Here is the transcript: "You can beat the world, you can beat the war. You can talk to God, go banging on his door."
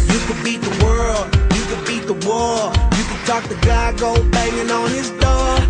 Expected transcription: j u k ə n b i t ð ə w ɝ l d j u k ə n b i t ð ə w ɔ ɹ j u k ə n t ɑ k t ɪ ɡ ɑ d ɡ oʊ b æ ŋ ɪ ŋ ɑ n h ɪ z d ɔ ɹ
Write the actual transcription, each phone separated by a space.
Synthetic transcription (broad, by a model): j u k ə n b i t ð ə w ɝ l d j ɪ k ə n b i t ð ə w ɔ l j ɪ k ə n t ɑ k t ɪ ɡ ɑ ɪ ɡ oʊ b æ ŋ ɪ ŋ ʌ n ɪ z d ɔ